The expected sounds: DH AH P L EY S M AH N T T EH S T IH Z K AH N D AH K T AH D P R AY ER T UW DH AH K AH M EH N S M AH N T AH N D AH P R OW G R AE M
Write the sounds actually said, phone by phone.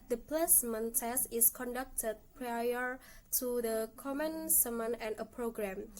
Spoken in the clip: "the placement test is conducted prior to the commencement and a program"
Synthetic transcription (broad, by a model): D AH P L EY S M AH N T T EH S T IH S K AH N D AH K T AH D P R AY ER T UW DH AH K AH M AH N S M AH N AH N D AH P R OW G R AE M